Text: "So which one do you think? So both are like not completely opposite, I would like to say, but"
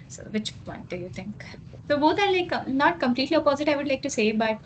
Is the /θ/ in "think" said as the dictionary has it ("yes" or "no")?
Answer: no